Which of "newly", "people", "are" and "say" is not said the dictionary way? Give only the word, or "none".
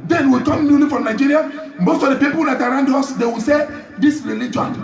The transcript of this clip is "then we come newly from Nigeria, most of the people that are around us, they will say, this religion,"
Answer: none